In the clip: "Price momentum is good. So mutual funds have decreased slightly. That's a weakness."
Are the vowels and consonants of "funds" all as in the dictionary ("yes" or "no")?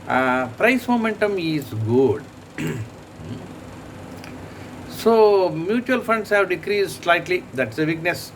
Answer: no